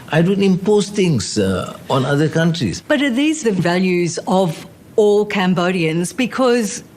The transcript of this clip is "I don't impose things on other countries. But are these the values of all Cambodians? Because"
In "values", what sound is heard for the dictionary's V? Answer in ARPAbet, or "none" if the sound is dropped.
V